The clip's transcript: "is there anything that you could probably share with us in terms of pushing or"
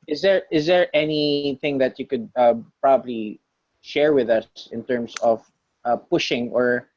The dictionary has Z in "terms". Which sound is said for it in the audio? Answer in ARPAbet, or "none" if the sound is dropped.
S